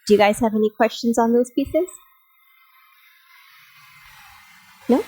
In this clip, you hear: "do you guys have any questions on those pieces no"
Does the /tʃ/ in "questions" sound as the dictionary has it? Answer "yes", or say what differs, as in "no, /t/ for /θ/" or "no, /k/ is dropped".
yes